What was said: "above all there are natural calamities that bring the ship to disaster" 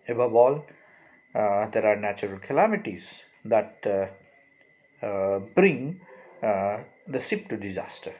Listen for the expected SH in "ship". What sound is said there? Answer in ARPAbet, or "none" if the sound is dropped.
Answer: S